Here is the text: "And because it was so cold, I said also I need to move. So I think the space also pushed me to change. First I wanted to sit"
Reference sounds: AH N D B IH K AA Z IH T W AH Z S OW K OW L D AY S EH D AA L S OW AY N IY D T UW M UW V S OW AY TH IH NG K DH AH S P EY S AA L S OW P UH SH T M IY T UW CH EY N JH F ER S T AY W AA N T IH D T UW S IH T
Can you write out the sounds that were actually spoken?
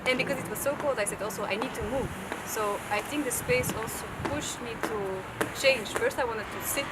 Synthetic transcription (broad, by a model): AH N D B IH K AA Z IH T W AH Z S OW K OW L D AY S EH D AA L S OW AY N IY D T UW M UW V S OW AY TH IH NG K DH AH S P EY S AA L S OW P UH SH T M IY T UW CH EY N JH F ER S T AY W AA N T IH D T UW S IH T